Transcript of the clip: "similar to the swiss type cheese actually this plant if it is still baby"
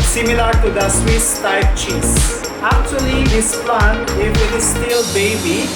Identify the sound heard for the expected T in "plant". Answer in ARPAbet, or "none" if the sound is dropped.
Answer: none